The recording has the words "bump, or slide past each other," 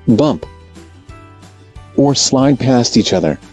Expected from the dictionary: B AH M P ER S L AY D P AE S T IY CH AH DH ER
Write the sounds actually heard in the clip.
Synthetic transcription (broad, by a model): B AH M P ER S L AY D P AE S T IY CH AH DH ER